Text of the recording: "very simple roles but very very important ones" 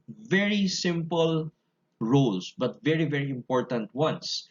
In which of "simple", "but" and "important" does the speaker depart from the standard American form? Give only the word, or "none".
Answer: none